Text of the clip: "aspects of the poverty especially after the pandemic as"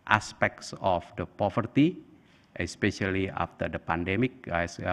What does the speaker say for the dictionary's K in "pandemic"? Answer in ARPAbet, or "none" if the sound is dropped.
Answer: K